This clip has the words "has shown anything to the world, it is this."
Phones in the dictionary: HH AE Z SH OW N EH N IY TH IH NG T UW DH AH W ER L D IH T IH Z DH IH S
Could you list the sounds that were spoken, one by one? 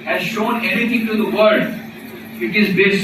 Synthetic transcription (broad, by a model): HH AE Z SH OW N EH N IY T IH NG T UW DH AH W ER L D IH T IH Z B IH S